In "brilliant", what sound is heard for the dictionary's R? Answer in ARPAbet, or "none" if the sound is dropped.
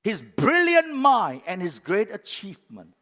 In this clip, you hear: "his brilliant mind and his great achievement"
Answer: R